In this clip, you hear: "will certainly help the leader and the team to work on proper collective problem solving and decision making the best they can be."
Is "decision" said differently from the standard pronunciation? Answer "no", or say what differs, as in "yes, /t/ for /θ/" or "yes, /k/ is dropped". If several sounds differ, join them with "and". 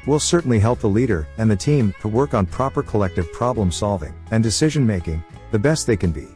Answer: no